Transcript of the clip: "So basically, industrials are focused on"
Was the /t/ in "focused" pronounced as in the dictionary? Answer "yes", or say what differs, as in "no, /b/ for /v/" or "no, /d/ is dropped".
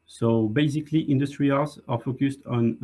yes